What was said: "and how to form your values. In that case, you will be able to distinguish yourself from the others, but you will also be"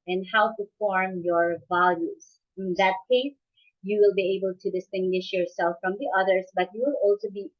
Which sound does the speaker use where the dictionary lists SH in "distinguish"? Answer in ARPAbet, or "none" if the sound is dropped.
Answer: SH